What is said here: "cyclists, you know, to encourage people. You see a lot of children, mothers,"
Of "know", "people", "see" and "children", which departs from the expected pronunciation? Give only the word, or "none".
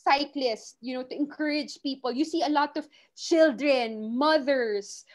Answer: none